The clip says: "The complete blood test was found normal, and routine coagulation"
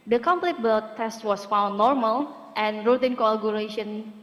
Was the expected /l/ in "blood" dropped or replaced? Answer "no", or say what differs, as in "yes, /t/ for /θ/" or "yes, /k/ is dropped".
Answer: yes, /l/ is dropped